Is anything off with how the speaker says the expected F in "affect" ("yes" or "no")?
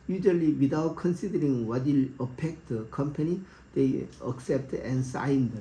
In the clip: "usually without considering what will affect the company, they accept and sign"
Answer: yes